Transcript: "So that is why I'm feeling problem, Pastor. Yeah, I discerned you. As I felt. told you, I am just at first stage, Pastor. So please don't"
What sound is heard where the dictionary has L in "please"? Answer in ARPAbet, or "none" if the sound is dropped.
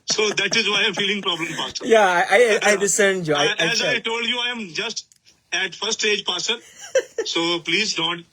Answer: L